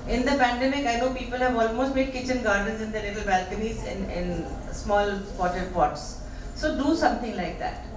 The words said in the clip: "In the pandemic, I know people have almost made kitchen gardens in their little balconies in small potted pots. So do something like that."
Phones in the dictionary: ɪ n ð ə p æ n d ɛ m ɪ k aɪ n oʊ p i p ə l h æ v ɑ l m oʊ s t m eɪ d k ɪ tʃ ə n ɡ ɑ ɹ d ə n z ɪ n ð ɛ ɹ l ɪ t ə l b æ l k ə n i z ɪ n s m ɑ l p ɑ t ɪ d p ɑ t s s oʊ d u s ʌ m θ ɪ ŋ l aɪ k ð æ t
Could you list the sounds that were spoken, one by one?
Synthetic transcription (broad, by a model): ɪ n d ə p æ n d ɛ m ɪ k aɪ n oʊ p i p ə l h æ v ɑ l m oʊ s t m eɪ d k ɪ tʃ ə n ɡ ɑ ɹ d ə n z ɪ n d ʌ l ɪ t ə l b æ l k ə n i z ɪ n s m ɑ l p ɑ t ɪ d p ɑ t s s oʊ d u s ʌ m t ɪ ŋ l aɪ k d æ t